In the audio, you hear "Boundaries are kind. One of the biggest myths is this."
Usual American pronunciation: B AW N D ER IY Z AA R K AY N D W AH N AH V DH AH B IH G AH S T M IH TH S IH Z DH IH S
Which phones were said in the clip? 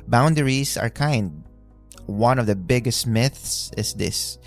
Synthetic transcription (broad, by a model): B AW N D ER IY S AA R K AY N D W AH N AH V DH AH B IH G AH S T M IH TH S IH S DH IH S